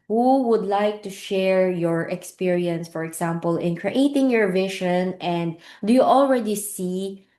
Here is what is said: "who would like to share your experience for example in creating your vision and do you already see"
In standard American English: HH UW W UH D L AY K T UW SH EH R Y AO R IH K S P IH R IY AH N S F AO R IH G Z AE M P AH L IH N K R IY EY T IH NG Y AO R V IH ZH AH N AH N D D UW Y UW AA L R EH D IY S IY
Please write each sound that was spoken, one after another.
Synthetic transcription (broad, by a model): HH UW W UH D L AY K T UW SH EH R Y AO R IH K S P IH R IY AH N S F AO R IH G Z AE M P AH L IH N K R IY EY T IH NG Y AO R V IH SH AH N AH N D D UW Y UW AA L R EH D IY S IY